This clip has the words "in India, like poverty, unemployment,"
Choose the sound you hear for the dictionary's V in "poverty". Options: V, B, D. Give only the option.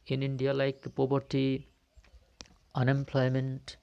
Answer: B